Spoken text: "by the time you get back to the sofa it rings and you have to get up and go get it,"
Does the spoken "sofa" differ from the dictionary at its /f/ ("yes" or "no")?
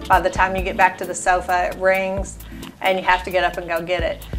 no